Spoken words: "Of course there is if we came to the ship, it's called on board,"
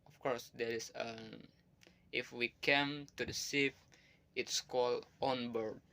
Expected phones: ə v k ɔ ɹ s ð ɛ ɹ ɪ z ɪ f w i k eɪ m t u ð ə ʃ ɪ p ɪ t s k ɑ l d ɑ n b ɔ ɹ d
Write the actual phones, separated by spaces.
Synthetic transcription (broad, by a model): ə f k ɔ ɹ s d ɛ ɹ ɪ s ɪ f w i k eɪ m t u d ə s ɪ f ɪ t s k ɑ l d ɑ n b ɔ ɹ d